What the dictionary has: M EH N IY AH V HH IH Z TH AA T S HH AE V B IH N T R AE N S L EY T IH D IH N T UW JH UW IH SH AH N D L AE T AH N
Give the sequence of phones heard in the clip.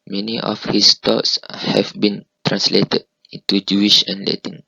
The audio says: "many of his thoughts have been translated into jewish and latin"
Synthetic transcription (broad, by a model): M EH N IY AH F HH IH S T AA T S HH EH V B IH N T R AE N S L EY T IH D IH N T UW JH UW IH SH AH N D L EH T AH N